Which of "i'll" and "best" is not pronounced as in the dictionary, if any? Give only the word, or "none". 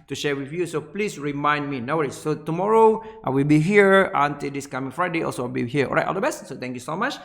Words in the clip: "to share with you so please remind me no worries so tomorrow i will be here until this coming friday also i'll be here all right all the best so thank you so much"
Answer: i'll